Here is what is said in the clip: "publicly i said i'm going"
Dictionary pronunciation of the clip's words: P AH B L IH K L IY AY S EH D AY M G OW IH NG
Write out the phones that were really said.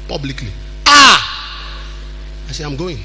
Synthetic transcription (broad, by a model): P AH B L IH K L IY AY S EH AY M G OW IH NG